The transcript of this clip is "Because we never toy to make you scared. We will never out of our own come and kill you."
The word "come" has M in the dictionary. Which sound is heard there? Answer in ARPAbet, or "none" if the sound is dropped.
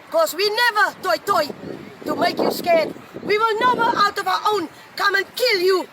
M